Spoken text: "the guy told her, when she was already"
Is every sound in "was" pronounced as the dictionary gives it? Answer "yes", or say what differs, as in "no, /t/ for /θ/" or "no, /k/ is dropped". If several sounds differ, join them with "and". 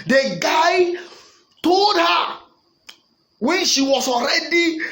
no, /s/ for /z/